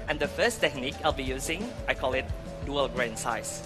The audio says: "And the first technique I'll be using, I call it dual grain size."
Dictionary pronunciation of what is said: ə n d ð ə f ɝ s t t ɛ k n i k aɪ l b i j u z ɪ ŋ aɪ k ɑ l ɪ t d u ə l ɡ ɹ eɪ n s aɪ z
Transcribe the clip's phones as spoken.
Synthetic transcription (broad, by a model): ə n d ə f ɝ s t t ɛ k n i k aɪ l b i j u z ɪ ŋ aɪ k ɑ l ɪ t d u ə l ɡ ɹ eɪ n s aɪ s